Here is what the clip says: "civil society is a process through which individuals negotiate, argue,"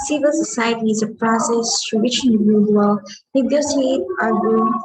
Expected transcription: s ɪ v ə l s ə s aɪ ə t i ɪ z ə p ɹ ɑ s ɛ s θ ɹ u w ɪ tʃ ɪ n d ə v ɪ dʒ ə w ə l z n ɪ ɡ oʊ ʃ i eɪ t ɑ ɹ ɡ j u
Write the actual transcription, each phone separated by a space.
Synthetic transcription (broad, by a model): s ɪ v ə l s ə s aɪ ə t i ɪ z ə p ɹ ɑ s ɛ s t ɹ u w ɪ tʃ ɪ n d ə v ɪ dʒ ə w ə l n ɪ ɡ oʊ s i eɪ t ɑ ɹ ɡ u